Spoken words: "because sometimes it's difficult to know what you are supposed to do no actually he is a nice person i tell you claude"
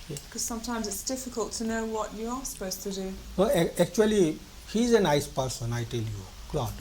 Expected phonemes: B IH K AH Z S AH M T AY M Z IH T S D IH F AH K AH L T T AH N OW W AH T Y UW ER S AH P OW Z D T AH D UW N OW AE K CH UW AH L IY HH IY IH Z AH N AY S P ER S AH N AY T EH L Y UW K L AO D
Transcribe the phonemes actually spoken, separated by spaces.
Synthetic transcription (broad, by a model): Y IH K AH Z S AH M T AY M Z IH T S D IH F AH K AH L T T AH N OW W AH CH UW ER S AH P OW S T AH D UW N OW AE K CH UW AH L IY HH IY Z AH N AY S P ER S AH N AY T EH L Y UW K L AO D